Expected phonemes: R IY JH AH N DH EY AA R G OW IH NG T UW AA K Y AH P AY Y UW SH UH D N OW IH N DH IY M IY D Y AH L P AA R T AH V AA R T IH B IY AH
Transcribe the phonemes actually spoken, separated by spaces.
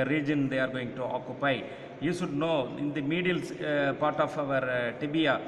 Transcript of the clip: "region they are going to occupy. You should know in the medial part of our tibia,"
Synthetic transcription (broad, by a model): R IY JH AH N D EY AA R G OW IH NG T UW AA K Y AH P AY Y UW SH UH D N OW IH N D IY M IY D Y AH L P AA R T AH V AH R T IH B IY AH